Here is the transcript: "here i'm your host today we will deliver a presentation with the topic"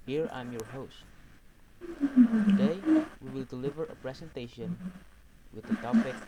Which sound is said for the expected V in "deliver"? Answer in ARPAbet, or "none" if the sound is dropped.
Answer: V